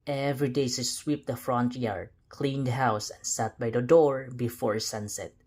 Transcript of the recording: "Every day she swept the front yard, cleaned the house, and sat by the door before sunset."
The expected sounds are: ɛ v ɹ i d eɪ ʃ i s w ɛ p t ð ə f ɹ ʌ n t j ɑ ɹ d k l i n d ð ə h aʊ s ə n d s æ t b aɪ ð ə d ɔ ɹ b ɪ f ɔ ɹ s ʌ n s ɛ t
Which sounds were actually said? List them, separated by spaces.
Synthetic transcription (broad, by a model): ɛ v ɹ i d eɪ s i s w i p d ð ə f ɹ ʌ n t j ɑ ɹ d k l i n d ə h aʊ s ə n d s æ t b aɪ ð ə d ɔ ɹ b ɪ f ɔ ɹ s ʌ n s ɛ t